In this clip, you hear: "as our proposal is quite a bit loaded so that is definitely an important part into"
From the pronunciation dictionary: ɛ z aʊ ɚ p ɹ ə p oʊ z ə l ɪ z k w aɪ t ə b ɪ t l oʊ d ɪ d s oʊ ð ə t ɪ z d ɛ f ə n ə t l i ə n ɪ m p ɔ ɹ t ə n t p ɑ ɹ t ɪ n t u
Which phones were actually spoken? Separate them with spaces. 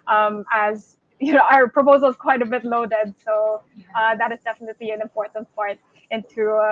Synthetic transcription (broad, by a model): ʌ z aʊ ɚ p ɹ ə p oʊ z ə l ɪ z k w aɪ t ə b ɪ t l oʊ d ɪ d s oʊ ð ə t ɪ z d ɛ f ə n ə t l i ə n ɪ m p ɔ ɹ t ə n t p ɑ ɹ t ɪ n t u